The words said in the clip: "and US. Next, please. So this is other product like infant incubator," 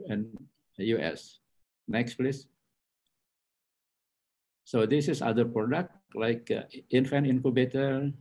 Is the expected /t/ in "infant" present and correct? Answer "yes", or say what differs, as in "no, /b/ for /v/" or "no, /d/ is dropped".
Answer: no, /t/ is dropped